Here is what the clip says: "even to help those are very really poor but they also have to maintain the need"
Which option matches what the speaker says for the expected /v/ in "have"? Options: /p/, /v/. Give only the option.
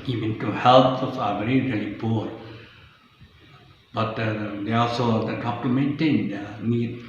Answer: /p/